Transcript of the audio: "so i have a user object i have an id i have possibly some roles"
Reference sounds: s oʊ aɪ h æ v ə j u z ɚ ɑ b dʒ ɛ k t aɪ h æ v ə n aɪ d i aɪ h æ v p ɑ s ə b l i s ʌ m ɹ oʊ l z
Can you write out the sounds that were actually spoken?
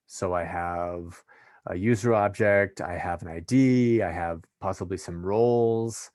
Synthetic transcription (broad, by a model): s oʊ aɪ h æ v ə j u z ɚ ɑ b dʒ ɛ k t aɪ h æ v ə n aɪ d i aɪ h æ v p ɑ s ə b l i s ʌ m ɹ oʊ l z